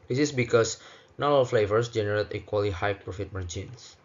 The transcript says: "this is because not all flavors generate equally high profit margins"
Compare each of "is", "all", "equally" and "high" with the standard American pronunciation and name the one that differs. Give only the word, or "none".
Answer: is